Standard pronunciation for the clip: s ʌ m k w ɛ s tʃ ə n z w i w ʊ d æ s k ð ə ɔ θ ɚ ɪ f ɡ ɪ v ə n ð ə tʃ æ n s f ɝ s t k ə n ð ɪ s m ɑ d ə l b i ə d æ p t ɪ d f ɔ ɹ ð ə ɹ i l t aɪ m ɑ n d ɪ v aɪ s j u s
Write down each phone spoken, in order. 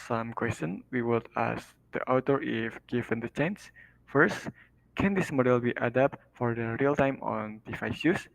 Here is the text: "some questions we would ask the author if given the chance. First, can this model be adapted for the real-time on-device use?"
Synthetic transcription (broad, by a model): s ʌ m k w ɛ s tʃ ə n w i w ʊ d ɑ s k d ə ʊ t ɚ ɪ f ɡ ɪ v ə n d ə tʃ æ n s f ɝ s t k ə n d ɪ s m ɑ d ə l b i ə d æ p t f ɔ ɹ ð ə ɹ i l t aɪ m ɑ n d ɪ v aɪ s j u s